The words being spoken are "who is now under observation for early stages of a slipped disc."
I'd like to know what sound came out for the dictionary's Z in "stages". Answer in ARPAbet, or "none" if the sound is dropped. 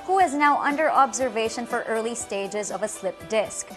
Z